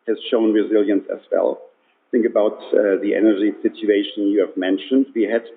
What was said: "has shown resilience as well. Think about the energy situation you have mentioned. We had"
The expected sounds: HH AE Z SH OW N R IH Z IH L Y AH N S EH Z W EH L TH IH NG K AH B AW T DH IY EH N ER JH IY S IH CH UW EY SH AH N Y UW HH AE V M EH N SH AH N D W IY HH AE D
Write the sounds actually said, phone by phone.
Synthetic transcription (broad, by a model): HH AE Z SH OW N R IH Z IH L Y AH N S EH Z W EH L TH IH NG K AH B AW T DH IY EH N ER JH IY S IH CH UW EY SH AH N Y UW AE V M EH N SH AH N D W IY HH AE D